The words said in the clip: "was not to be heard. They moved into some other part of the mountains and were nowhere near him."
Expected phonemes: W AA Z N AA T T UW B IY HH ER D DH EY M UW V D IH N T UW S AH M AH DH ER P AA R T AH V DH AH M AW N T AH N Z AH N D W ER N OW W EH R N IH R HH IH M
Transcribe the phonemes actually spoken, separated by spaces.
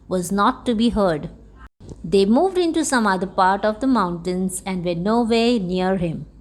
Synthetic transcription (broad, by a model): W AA Z N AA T T UW B IY HH ER D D EY M UW V D IH N T UW S AH M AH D ER P AA R T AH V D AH M AW N T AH N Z AH N D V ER N OW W EH N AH R HH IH M